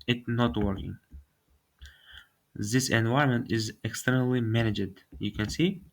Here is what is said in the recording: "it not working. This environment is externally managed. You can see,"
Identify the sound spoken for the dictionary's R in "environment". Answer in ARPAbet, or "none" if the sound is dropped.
none